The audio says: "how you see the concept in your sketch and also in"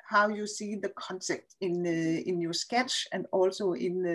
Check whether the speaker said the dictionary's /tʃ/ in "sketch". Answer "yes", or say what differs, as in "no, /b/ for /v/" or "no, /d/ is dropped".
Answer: yes